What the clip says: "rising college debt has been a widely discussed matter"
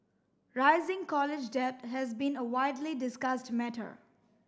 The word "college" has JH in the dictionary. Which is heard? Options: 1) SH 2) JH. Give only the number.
2